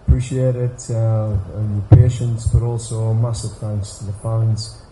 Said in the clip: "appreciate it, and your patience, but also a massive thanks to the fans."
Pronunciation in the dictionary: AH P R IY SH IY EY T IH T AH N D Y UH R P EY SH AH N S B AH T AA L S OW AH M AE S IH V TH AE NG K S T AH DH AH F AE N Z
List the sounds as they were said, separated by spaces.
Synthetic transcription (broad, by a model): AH P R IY SH IY EY T IH T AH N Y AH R P EY SH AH N S B AH T AA L S OW AH M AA S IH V TH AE NG K S T AH DH AH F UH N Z